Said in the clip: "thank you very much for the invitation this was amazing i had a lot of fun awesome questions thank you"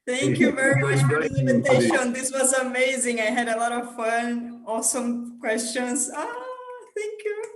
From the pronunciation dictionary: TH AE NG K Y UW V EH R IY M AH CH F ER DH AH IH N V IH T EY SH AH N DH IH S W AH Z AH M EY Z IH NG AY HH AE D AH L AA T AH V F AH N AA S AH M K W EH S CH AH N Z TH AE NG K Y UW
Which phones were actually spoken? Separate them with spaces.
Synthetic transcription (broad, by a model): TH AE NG K Y UW V EH R IY M AH CH F ER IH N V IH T EY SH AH N DH IH S W AH Z AH M EY Z IH NG AY HH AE D AH L AA T AH V F AH N AA S AH M K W EH S CH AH N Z TH AE NG K Y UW